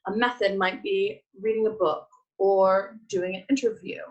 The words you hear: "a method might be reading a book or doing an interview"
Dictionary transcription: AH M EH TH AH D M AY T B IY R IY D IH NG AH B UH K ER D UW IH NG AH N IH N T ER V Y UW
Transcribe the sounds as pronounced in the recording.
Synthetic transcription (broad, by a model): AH M EH TH AH D M AY T B IY R IY D IH NG AH B UH K ER D UW IH NG AH N IH N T ER V Y UW